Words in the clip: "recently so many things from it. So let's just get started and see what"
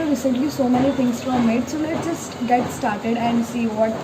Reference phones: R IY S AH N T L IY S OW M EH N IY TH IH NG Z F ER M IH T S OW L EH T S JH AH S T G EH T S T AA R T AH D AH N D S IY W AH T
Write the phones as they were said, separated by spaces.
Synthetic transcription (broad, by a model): R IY S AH N T L IY S OW M EH N IY T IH NG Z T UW M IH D S OW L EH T JH AH S T G EH T S T AA R T AH D AH N D S IY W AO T